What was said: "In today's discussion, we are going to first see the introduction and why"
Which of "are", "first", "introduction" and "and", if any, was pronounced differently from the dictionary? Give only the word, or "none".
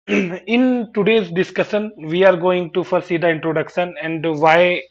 first